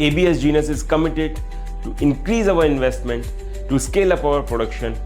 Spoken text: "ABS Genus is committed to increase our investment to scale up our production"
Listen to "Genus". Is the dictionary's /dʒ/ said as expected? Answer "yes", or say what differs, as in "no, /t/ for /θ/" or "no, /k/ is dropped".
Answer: yes